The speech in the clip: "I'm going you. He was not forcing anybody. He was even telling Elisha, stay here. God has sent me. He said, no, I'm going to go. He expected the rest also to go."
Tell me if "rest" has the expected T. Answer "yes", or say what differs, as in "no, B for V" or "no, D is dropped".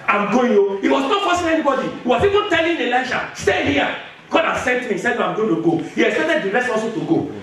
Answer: no, T is dropped